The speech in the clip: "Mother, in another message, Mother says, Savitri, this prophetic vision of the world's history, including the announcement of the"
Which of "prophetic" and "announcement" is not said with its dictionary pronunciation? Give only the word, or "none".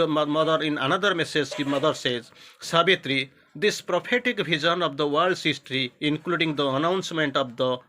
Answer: prophetic